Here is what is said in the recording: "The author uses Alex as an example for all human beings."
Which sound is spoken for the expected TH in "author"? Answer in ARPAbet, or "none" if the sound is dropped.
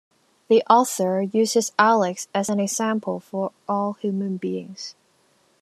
TH